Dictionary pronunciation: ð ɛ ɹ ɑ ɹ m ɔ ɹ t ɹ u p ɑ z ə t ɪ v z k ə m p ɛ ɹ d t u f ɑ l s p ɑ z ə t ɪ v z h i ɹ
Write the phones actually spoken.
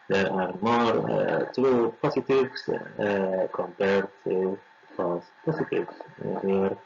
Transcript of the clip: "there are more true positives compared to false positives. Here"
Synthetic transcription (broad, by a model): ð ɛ ɹ ɑ ɹ m ɔ ɹ t ɹ u p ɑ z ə t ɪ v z k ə m p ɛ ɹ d t u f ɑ s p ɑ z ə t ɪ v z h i ɹ